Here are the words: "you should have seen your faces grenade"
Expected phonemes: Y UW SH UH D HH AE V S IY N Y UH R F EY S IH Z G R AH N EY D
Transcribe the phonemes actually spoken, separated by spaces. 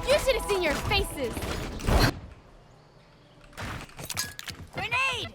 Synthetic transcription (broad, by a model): Y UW SH UH D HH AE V S IY N Y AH R F EY S IH Z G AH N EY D